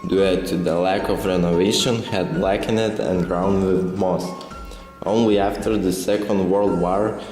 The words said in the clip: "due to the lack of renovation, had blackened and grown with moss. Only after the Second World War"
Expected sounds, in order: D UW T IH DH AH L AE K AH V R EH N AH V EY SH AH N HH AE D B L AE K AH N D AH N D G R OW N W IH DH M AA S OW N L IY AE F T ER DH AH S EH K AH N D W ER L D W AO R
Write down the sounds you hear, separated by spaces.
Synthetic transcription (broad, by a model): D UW T IH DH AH L AE K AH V R EH N AH V EY SH AH N HH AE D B L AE K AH N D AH N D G R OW N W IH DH M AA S OW N L IY AE F T ER DH AH S EH K AH N D W ER L D W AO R